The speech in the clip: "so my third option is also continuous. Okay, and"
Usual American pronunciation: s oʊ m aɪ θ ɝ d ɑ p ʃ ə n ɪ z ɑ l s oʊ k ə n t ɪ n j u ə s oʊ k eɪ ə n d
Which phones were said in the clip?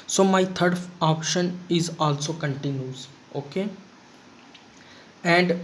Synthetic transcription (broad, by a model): s oʊ m aɪ t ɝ d ɑ p ʃ ə n ɪ z ɑ l s oʊ k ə n t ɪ n j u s oʊ k eɪ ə n d